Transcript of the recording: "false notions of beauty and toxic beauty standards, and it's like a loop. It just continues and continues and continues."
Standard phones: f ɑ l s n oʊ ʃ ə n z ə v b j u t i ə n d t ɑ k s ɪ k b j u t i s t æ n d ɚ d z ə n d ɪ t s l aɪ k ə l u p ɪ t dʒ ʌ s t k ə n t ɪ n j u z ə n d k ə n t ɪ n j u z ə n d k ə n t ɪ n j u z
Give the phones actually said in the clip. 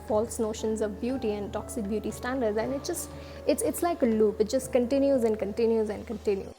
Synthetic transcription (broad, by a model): f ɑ l s n oʊ ʃ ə n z ə v b j u t i ə n d t ɑ k s ɪ k b j u t i s t æ n d ɚ d z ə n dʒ ɪ t s l aɪ k ə l u p ɪ t dʒ ʌ s t k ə n t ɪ n j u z ə n d k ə n t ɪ n j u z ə n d k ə n t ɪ n j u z